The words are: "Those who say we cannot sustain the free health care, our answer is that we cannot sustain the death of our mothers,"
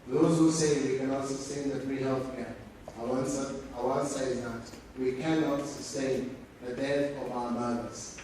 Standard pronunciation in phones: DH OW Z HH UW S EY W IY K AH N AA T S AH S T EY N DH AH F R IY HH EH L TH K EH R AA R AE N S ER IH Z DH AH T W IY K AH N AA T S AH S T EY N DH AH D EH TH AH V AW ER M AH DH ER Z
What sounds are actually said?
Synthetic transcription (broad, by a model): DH OW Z HH UW S EY W IY K AH N AA T S AH S T EY N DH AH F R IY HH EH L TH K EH W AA W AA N S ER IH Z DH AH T W IY K AH N AA T S AH S T EY N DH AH D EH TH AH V AW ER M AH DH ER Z